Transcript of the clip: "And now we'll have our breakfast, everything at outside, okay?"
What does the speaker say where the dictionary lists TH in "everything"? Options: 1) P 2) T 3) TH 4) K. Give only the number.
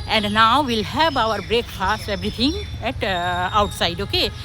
2